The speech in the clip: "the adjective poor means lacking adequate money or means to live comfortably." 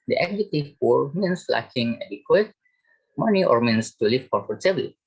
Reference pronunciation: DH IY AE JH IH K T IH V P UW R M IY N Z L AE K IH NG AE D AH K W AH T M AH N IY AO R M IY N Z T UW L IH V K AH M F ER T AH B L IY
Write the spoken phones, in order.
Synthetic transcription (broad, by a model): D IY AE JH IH T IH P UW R M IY N S L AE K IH NG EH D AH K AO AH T M AH N IY AO R M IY N S T UW L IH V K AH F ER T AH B L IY